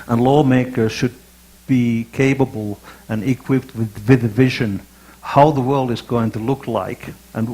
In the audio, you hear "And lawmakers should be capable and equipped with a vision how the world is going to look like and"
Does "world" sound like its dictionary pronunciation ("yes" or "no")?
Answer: yes